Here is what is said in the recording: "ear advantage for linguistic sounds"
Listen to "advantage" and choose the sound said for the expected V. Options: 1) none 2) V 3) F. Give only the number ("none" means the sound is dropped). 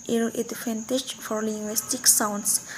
3